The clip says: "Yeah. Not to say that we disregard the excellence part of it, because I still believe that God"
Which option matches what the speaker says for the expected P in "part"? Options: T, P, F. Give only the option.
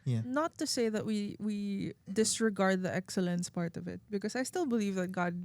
P